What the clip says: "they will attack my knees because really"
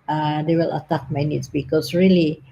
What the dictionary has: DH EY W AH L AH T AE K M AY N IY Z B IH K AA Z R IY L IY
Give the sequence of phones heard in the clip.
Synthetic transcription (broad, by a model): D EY W AH L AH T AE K M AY N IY S B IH K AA S R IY L IY